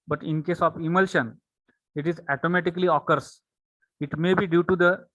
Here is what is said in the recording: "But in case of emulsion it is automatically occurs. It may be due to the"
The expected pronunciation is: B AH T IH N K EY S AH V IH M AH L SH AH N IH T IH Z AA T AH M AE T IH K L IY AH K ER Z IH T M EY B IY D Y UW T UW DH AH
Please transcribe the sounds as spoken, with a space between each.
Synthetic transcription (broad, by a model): B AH T IH N K EY S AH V IH M AH L SH AH N IH T IH Z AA T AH M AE T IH K L IY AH K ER S IH T M EY B IY D Y UW T UW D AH